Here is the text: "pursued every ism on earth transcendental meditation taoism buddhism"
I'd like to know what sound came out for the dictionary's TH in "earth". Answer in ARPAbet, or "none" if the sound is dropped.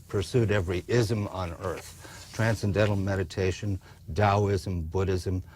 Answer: TH